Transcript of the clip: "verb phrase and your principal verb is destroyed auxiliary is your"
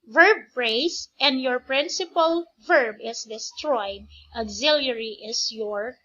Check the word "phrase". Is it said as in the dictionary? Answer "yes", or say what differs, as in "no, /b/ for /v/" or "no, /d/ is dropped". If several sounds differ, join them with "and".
no, /s/ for /z/